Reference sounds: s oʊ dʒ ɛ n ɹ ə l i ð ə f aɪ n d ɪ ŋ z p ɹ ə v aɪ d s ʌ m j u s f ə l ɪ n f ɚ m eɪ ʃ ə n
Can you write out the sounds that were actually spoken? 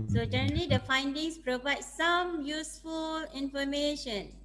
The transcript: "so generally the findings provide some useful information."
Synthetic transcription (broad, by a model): s oʊ dʒ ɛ ɹ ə l i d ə f aɪ n d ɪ ŋ s p ɹ ə v aɪ d s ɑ m j u s f ə l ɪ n f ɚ m eɪ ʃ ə n